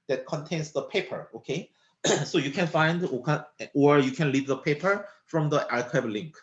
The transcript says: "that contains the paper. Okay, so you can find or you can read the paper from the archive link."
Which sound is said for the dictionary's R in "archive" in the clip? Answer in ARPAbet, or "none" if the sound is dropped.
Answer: L